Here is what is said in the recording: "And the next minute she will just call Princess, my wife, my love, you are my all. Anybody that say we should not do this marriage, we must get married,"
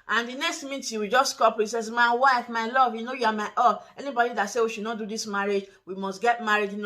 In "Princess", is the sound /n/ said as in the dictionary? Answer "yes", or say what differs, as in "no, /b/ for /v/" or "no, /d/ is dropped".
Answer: no, /n/ is dropped